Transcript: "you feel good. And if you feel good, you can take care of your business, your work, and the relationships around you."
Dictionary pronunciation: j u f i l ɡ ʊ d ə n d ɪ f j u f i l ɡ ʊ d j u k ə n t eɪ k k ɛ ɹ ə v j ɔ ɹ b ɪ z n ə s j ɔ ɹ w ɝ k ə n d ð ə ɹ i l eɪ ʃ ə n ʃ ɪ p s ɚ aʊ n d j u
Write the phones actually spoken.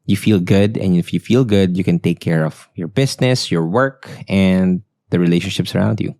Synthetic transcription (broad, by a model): j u f i l ɡ ʊ d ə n ɪ f j u f i l ɡ ʊ d j u k ə n t eɪ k k ɛ ɹ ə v j ɔ ɹ b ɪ s n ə s j ɔ ɹ w ɝ k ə n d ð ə ɹ i l eɪ ʃ ə n ʃ ɪ p s ɚ aʊ n d j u